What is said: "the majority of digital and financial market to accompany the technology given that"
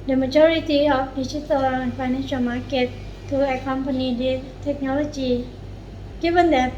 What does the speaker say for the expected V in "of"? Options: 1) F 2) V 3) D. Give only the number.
1